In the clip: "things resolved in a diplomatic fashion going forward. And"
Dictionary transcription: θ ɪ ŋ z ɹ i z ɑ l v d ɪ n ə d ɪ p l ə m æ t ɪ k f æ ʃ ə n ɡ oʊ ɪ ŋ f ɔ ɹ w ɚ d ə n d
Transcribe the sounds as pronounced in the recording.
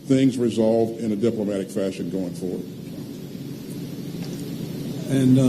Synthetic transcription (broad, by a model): θ ɪ ŋ z ɹ i z ɑ l v d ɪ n ə d ɪ p l ə m æ t ɪ k f æ ʃ ə n ɡ oʊ ɪ ŋ f ɔ ɹ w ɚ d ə n